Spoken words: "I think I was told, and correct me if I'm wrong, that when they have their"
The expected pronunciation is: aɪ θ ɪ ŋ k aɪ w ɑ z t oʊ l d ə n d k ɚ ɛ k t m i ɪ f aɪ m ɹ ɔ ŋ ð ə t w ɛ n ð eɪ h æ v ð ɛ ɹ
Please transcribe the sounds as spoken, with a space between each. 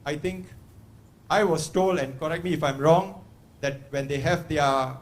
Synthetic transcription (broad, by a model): aɪ t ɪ ŋ k aɪ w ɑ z t oʊ l ə n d k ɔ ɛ k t m i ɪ f aɪ m ɹ ɔ ŋ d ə t w ɛ n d eɪ h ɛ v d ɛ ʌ